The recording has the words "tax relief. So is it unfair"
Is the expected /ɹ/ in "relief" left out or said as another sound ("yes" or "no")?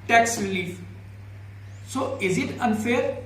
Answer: no